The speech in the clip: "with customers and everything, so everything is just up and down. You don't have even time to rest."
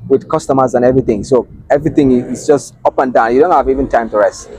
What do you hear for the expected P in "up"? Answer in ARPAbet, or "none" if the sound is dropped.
P